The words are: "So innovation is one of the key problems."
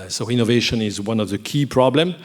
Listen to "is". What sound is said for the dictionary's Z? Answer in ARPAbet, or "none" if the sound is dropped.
Z